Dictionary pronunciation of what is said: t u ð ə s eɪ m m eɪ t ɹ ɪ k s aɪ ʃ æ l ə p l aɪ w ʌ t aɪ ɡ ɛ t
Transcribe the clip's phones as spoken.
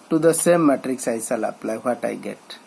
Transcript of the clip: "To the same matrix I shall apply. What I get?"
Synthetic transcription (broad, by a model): t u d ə s eɪ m m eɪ t ɹ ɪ k s aɪ s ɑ l ə p l aɪ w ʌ t aɪ ɡ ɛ t